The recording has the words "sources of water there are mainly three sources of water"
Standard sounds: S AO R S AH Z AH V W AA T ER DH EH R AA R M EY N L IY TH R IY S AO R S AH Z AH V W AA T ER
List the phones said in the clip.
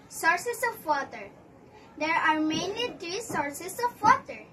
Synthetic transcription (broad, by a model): S AO R S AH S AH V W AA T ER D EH R AA R M EY N L IY T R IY S AO R S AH S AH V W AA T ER